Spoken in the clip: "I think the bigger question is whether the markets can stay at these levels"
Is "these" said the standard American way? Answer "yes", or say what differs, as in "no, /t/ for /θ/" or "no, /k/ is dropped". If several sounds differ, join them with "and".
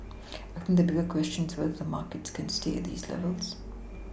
yes